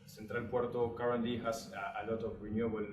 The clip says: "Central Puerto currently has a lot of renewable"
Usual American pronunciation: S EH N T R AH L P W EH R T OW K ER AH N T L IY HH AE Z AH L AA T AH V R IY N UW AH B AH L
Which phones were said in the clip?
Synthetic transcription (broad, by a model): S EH N T R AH L P W EH R T OW K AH T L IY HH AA S AH L AA T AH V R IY N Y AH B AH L